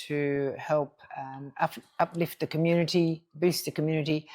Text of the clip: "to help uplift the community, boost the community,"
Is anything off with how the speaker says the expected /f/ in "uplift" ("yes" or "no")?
no